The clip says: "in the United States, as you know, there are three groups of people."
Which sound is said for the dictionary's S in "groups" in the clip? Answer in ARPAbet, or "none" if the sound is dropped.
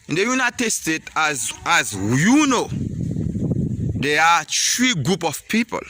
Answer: none